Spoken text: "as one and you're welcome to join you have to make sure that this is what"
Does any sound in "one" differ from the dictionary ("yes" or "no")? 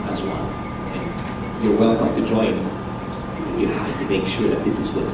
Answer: yes